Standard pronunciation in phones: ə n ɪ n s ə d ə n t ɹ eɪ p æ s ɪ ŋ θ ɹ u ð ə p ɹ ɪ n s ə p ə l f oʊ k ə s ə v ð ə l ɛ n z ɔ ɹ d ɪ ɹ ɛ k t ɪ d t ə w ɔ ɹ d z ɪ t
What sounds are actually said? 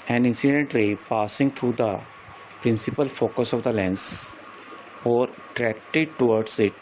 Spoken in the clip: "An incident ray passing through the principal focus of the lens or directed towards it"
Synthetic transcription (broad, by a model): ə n ɪ n s ə d ə n t l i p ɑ s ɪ ŋ t ɹ u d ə p ɹ ɪ n s ə p ə l f oʊ k ə s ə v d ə l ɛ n s ɔ ɹ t ɹ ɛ k t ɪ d t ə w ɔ ɹ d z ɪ t